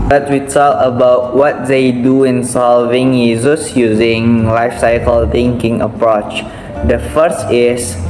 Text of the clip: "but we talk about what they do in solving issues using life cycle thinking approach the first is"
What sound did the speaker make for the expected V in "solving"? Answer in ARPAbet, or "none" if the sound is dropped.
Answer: V